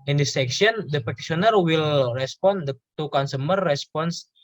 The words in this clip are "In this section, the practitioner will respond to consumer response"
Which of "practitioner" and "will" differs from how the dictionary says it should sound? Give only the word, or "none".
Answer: practitioner